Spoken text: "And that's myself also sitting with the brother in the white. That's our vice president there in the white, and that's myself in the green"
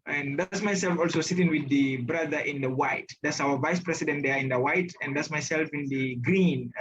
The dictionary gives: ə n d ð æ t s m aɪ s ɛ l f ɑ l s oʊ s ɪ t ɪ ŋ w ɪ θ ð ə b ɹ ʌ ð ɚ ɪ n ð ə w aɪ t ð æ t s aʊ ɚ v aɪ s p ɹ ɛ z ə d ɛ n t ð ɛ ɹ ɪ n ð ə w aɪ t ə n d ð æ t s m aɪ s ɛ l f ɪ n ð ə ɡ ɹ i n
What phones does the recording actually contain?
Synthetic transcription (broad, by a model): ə n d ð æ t s m aɪ s ɛ l f ɑ l s oʊ s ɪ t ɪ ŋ w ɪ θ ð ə b ɹ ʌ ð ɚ ɪ n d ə w aɪ t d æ t s aʊ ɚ v aɪ s p ɹ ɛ s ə d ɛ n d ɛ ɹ ɪ n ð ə w aɪ t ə n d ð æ t s m aɪ s ɛ l f ɪ n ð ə ɡ ɹ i n